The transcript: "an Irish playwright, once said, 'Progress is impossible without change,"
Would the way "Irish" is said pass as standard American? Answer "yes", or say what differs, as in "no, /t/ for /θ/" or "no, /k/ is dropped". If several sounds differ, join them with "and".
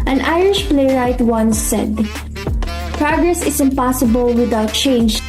yes